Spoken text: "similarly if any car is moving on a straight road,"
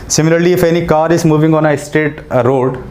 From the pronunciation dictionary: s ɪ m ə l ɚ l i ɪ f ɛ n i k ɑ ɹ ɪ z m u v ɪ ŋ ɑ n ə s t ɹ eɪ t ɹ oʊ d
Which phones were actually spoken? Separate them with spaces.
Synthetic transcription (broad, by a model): s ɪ m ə l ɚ l i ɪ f ɛ n i k ɑ ɹ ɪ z m u v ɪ ŋ ɑ n ə s t eɪ t ɹ oʊ d